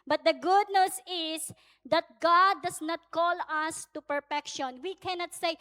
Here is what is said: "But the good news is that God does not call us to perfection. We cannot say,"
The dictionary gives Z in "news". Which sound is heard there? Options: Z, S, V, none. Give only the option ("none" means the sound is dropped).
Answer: S